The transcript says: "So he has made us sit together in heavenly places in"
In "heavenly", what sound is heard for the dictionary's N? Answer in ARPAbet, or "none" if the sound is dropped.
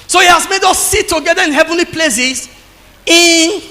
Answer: N